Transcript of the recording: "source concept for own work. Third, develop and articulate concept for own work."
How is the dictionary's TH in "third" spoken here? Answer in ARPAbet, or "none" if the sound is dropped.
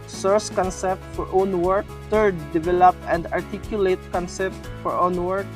T